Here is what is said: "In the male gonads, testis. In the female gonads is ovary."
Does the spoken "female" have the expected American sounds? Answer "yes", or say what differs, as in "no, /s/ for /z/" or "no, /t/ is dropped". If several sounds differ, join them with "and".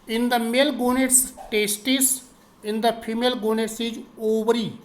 no, /p/ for /f/